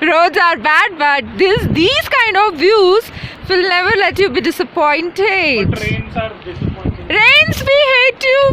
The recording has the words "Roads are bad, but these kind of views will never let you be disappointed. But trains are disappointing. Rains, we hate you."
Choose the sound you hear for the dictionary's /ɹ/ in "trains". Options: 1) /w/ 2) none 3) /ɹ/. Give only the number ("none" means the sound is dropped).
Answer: 2